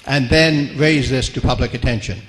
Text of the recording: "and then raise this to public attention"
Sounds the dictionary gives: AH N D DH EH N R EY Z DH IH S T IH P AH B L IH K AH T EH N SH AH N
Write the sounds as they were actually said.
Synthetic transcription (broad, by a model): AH N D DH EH N R EY Z DH IH S T IH P AH B L IH K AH T EH N SH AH N